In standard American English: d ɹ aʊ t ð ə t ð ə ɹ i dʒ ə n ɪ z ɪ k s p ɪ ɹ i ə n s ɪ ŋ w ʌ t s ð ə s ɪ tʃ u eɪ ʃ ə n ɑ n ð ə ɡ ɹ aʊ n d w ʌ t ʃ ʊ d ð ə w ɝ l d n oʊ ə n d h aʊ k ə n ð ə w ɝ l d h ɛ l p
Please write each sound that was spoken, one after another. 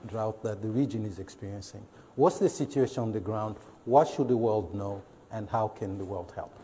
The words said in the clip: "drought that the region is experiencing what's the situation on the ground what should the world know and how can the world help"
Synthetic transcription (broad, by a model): d ɹ aʊ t ð ə t ð ə ɹ i dʒ ə n ɪ z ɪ k s p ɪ ɹ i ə n s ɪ ŋ w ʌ t s ð ə s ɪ tʃ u eɪ ʃ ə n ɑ n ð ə ɡ ɹ aʊ n d w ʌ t ʃ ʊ d ð ə w ɝ l d n oʊ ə n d h aʊ k ə n ð ə w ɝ l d h ɛ l p